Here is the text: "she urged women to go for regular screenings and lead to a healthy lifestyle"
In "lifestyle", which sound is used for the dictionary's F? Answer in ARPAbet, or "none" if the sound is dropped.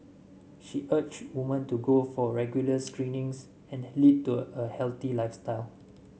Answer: F